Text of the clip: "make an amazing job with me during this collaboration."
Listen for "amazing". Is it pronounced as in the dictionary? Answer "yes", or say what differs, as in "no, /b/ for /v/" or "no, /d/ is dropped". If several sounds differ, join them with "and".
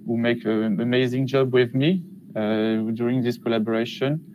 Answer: yes